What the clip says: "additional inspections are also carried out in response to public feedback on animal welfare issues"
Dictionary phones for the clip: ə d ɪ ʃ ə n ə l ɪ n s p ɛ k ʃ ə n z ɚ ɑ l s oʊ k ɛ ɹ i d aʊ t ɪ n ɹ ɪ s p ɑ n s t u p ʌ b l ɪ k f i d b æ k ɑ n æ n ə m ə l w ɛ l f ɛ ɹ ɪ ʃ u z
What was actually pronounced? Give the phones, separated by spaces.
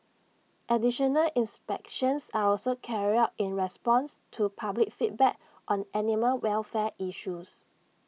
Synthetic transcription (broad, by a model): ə d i ʃ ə n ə l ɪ n s p ɛ k ʃ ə n s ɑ ɑ l s oʊ k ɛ ɹ i aʊ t ɪ n ɹ ɪ s p ɑ n s t u p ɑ b l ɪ k f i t b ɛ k ɑ n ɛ n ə m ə l w ɛ l f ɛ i ʃ u s